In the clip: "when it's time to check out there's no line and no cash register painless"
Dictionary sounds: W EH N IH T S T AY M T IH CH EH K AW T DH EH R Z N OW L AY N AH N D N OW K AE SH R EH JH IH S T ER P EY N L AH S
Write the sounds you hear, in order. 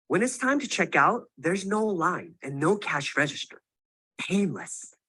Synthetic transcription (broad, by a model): W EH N IH T S T AY M T IH CH EH K AW T DH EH R Z N OW L AY N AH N N OW K AE SH R EH JH IH S T ER P EY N L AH S